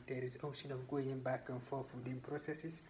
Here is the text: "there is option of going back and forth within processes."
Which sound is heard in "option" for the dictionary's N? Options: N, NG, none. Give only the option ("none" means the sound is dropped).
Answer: N